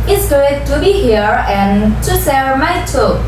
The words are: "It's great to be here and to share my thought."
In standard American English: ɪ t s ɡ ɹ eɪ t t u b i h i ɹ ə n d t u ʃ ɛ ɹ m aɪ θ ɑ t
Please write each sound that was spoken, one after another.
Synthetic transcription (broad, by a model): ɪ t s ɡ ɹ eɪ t t u b i h i ɹ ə n t u s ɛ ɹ m aɪ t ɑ